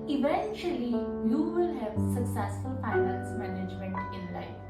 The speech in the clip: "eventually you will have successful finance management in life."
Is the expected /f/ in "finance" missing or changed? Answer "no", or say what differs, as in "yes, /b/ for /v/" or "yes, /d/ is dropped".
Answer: yes, /p/ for /f/